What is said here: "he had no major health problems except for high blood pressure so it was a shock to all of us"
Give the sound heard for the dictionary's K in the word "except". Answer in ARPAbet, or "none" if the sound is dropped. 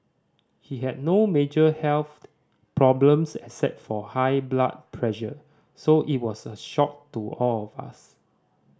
none